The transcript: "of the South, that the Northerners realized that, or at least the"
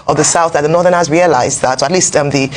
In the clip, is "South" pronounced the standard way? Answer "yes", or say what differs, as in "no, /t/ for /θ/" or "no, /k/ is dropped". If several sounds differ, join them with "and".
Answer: yes